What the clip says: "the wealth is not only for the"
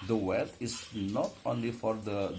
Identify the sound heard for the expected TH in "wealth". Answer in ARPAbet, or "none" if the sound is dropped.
T